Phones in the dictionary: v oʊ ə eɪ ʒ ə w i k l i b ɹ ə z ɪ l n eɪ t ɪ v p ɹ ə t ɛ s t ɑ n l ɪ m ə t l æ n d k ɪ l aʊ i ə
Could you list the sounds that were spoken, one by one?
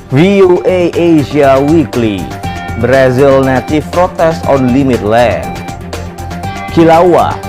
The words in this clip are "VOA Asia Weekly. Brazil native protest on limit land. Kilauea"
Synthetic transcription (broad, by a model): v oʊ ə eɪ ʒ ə w i k l i b ɹ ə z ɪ l n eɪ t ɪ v p ɹ ə t ɛ s t ɑ n l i m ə t l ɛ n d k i l aʊ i